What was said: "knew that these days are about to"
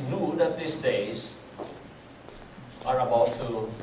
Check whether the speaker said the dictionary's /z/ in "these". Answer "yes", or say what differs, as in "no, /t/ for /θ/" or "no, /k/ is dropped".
no, /s/ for /z/